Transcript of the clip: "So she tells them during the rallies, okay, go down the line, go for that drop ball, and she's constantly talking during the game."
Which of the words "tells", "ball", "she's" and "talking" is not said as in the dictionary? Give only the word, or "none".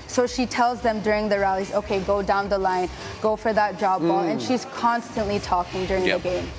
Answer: none